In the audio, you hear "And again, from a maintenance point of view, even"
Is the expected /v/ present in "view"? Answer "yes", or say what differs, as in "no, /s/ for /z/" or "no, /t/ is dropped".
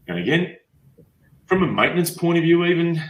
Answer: yes